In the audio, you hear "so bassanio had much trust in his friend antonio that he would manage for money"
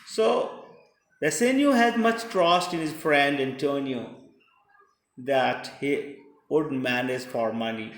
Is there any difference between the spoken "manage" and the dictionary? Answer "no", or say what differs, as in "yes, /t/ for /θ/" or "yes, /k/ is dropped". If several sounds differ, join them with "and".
yes, /z/ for /dʒ/